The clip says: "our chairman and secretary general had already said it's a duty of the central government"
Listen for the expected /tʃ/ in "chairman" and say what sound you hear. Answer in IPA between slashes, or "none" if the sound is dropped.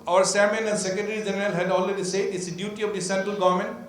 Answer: /s/